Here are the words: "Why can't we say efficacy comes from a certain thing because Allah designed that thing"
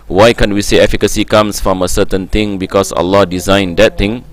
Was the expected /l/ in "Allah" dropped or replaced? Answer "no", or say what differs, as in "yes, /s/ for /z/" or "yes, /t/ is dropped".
no